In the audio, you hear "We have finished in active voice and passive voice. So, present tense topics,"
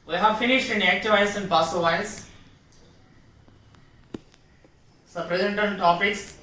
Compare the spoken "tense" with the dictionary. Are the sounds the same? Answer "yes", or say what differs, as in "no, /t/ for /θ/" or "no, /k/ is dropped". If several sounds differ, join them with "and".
no, /s/ is dropped